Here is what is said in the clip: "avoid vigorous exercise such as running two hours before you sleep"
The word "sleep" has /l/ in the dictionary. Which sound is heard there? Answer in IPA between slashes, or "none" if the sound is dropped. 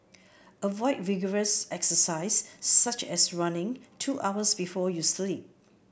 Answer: /l/